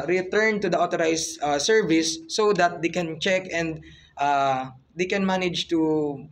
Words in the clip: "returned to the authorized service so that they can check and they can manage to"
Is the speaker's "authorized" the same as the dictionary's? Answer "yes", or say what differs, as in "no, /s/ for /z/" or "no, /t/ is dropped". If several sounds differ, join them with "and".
no, /t/ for /θ/